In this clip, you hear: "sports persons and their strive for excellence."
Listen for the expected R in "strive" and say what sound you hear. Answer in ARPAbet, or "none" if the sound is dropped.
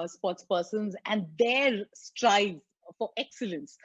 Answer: R